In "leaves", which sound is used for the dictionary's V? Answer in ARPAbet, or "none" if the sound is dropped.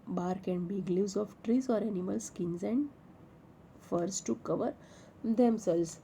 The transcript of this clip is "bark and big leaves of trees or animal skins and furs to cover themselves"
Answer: none